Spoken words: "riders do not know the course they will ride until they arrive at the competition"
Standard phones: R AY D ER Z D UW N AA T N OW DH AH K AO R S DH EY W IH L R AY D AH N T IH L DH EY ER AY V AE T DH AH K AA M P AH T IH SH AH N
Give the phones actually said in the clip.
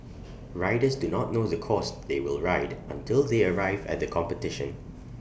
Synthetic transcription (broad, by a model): R AY D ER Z D UW N AA T N OW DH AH K AO S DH EY W IH L R AY D AH N T IH L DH EY ER AY V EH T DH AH K AA M P AH T IH SH AH N